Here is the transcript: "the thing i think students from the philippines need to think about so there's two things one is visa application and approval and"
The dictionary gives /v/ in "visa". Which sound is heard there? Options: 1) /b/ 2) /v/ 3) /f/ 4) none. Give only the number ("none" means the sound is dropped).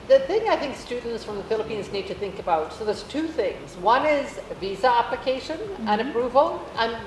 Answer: 2